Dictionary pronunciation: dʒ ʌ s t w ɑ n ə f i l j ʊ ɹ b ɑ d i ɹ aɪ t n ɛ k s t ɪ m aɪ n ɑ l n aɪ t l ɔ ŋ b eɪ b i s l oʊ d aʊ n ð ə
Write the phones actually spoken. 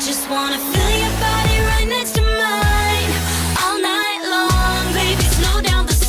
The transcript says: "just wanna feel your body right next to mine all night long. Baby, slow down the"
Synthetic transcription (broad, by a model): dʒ ʌ s t w ɑ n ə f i l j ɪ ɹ b ɑ d i ɹ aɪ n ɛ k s t ɪ m aɪ n ɑ l n aɪ t l ɔ ŋ b eɪ b i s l oʊ d aʊ n ð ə